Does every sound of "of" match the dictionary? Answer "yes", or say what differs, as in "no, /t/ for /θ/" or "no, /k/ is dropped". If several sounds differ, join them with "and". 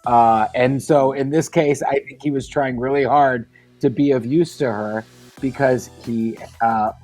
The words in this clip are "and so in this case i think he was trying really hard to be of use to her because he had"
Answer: yes